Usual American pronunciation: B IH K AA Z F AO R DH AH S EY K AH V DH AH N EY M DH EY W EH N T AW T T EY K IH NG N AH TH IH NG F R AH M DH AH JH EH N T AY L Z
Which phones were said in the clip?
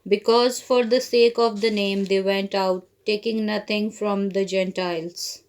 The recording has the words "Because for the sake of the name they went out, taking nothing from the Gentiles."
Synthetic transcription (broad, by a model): B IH K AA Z F AO R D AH S EY K AH V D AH N EY M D EY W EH N T AW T T EY K IH NG N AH T IH NG F R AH M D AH JH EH N T AY L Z